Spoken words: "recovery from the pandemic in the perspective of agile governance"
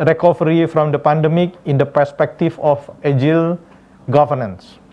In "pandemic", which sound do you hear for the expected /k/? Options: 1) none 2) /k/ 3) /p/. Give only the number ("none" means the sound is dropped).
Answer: 2